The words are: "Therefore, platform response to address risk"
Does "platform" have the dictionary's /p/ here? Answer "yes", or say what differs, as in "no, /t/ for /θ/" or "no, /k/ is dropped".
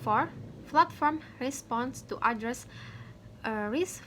no, /f/ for /p/